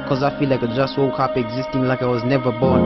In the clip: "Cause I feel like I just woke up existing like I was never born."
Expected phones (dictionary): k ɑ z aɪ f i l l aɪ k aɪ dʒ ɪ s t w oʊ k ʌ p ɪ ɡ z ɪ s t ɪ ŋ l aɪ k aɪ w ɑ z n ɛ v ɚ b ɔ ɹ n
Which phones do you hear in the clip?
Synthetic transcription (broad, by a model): k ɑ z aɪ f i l l aɪ k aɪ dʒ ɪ s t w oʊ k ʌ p ɪ ɡ z ɪ s t ɪ ŋ l aɪ k aɪ w ɑ z n ɛ v ɚ b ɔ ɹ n